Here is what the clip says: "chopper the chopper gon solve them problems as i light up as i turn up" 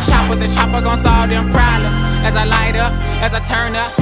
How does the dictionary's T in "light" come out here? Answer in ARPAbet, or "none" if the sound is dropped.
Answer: T